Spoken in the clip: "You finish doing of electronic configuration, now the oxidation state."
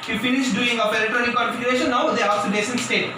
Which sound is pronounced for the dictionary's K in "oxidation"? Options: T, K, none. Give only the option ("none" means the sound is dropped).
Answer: none